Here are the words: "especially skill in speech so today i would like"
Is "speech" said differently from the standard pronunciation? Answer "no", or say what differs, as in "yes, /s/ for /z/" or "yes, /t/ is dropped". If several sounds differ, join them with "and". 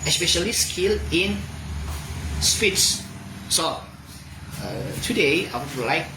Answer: yes, /s/ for /tʃ/